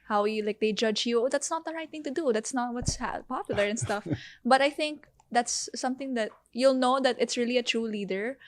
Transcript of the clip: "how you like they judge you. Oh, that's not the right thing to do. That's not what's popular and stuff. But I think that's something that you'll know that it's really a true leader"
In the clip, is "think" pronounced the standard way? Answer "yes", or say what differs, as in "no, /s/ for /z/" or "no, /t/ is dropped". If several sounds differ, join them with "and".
yes